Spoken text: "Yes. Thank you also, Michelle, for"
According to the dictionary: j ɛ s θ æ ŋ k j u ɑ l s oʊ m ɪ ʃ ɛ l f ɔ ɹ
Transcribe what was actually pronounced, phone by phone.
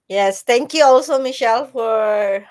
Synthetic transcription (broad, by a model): j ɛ s t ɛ ŋ k j u ɑ l s oʊ m ɪ ʃ ɛ l f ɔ ɹ